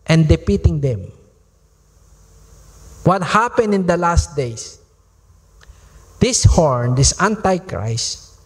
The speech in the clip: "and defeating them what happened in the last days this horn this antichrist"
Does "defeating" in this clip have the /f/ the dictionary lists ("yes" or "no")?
no